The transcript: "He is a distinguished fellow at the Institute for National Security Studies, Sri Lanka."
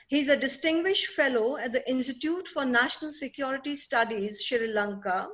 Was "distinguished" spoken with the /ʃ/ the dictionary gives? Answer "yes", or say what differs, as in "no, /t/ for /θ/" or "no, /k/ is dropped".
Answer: yes